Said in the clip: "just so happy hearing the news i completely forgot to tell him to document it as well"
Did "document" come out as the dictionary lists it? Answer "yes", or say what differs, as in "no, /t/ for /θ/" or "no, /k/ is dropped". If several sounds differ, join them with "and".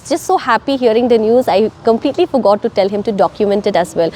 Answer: yes